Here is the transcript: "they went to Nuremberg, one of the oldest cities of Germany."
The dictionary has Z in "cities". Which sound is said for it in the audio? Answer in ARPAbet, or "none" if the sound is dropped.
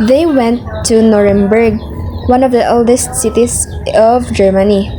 S